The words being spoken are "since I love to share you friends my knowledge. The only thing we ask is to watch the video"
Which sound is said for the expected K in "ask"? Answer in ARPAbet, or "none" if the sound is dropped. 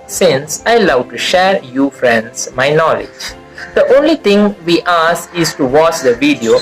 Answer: none